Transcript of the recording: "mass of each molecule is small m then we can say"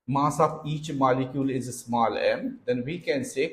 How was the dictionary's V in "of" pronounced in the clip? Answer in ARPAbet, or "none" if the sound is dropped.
B